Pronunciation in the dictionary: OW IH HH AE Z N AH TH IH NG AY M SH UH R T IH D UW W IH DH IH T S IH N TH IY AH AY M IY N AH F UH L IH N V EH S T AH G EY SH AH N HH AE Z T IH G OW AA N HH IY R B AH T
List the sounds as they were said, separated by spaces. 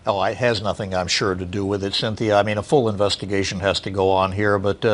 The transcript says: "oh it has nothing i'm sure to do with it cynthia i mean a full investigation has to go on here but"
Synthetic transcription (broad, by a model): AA IH HH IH Z N AH TH IH NG AY M SH UH R T IH D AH W IH DH IH T S IH N TH IY AH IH M IY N AH F UH L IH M V EH S T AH G EY SH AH N HH AE Z T IH G OW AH N HH IY R B AH T